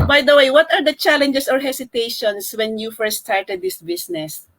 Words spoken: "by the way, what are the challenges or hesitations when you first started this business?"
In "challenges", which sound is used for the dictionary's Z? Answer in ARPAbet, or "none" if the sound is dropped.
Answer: S